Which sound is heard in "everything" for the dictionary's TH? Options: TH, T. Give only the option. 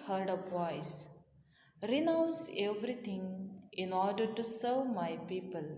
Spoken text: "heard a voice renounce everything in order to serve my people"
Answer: T